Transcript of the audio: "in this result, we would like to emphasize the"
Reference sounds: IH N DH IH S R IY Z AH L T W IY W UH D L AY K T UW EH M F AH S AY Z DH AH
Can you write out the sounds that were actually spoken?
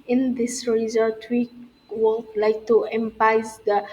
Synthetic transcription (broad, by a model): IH N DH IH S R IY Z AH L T W IY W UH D L AY K T UW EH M P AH IH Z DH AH